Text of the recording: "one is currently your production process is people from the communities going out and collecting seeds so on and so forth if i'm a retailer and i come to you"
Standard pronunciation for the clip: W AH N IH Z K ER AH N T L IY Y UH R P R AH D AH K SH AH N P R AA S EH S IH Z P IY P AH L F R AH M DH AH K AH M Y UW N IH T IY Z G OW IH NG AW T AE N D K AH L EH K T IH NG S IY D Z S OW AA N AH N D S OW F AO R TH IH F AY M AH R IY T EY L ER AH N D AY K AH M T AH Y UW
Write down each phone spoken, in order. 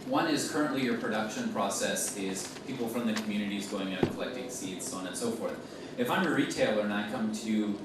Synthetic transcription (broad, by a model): W AH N IH Z K ER AH N T L IY Y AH R P R AH D AH K SH AH N P R AA S EH S IH Z P IY P L F R AH M DH AH K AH M Y UW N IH T IY Z G OW IH NG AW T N K AH L EH K T IH NG S IY D Z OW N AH N S OW F AO R TH IH F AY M AH R IY T EY L ER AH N AY K AH M T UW